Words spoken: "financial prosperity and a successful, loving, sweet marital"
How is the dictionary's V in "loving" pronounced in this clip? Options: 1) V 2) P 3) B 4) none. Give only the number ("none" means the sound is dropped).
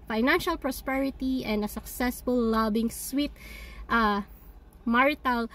3